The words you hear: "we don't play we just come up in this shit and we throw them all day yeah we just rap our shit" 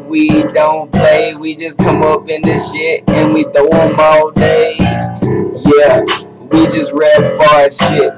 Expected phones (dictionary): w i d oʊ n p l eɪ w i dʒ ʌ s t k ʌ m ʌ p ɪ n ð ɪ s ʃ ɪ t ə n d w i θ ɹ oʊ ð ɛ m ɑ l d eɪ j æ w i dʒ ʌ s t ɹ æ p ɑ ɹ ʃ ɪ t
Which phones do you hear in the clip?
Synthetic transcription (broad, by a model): w i d oʊ n p l eɪ w i dʒ ʌ s k ʌ m ʌ p ɪ n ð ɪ ʃ ɪ t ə n w i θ oʊ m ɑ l d eɪ j æ w i dʒ ʌ s t ɹ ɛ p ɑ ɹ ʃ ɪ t